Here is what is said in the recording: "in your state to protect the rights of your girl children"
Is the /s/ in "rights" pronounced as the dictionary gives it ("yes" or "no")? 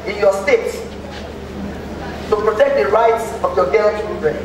yes